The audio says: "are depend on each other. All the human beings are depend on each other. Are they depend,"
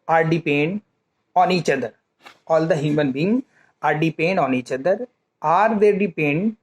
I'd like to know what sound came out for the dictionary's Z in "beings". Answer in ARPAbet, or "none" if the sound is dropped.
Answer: none